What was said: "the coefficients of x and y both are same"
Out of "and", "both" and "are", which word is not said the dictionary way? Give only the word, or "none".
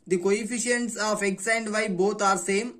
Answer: both